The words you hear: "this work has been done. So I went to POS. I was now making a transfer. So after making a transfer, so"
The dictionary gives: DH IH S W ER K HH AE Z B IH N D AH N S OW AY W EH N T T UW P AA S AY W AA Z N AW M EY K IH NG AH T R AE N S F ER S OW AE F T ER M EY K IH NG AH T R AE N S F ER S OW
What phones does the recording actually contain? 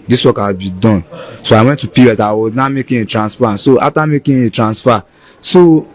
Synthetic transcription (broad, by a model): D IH S W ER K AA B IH D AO N S OW AY W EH N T T UW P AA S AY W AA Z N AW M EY K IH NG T R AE N S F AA S OW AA T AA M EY K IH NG AH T R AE N S F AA S OW